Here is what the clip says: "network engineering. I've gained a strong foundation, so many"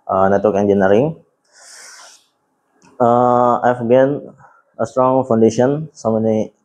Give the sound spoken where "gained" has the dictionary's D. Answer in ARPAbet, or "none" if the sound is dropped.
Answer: none